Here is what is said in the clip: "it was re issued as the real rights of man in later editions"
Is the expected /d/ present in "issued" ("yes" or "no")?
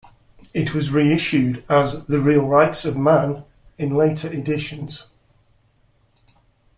yes